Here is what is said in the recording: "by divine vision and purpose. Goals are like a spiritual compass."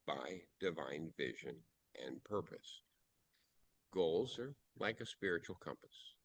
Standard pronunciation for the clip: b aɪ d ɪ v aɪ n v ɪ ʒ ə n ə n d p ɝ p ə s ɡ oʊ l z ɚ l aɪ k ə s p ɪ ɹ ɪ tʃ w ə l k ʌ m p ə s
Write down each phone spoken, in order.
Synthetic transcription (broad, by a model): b aɪ d ɪ v aɪ n v ɪ ʒ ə n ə n p ɝ p ə s ɡ oʊ l z ɚ l aɪ k ə s p ɪ ɹ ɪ tʃ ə l k ʌ m p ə s